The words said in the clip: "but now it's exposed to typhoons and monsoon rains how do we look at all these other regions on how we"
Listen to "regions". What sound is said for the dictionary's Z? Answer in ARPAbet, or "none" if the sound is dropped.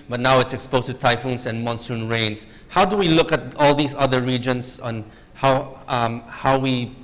S